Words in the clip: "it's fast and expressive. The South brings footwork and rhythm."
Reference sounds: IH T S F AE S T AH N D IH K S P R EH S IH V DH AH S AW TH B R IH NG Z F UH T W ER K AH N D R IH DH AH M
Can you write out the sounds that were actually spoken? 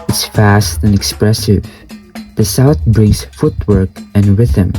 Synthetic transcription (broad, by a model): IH T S F AE S T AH N IH K S P R EH S IH V DH AH S AW TH B R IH NG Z F UH T W ER K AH N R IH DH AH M